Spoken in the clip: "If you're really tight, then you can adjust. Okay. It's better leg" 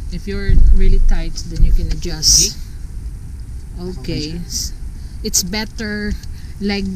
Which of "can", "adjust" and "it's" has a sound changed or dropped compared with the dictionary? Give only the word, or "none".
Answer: none